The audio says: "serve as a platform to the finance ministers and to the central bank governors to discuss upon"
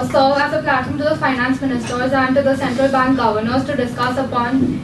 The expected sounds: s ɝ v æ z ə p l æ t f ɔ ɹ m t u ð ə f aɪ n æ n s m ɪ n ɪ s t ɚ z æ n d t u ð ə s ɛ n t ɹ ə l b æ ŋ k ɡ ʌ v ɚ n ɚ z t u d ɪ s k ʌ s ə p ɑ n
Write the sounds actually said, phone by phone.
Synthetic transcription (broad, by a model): s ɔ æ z ə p l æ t ɪ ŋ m t u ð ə f aɪ n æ n s m ɪ n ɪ s t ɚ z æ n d t u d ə s ɛ n t ɹ ə l b æ ŋ k ɡ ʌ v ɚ n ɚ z t u d ɪ s k ʌ s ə p ɑ n